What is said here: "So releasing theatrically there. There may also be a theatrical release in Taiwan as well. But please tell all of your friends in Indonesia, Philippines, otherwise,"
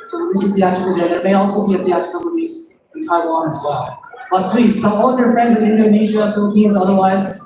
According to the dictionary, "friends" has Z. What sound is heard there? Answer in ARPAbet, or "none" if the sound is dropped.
Z